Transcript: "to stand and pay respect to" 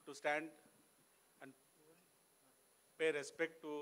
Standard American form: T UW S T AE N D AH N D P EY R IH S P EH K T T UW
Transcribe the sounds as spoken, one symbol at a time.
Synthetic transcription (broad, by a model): T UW S T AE N D AH N D P EY R IH S P EH K T T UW